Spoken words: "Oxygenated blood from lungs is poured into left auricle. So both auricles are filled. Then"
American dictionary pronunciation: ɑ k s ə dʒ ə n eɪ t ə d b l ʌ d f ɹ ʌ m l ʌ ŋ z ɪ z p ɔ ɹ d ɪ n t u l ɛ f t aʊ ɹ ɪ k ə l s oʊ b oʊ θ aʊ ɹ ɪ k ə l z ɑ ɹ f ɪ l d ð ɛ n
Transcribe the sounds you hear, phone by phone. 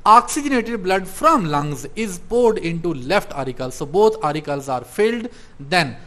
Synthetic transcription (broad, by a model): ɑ k s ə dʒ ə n eɪ t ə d b l ʌ d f ɹ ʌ m l ʌ ŋ z ɪ z p ɔ ɹ d ɪ n t u l ɛ f t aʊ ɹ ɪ k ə l s oʊ b oʊ t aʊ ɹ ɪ k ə l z ɑ ɹ f ɪ l d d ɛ n